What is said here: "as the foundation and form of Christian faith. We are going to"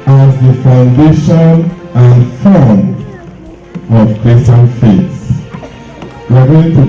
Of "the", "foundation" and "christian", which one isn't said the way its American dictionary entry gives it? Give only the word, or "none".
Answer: christian